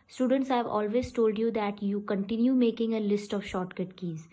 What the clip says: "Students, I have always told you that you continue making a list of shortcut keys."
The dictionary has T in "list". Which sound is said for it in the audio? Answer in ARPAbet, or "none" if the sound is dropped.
T